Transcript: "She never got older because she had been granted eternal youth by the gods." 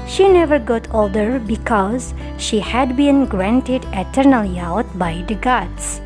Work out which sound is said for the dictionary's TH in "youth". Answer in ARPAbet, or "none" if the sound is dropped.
T